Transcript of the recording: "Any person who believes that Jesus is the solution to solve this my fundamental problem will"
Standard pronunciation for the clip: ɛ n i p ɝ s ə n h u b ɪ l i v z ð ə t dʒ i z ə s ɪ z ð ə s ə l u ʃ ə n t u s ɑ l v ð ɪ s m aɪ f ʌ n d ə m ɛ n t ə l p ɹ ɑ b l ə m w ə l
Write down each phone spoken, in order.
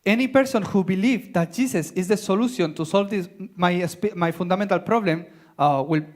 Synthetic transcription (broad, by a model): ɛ n i p ɝ s ə n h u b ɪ l i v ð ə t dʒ i s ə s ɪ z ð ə s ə l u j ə n t u s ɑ l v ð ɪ s m aɪ f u n d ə m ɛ n t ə l p ɹ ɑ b l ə m w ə l